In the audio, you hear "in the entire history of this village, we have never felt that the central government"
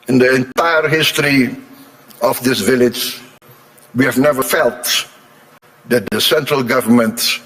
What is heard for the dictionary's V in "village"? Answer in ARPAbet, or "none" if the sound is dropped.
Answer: V